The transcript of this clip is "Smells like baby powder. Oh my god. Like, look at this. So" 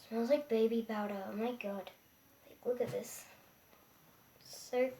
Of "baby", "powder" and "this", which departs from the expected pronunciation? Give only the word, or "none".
powder